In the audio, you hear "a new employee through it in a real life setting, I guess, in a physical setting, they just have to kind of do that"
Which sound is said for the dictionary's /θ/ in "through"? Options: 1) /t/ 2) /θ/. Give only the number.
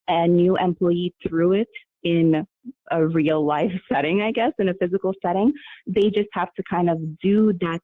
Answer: 2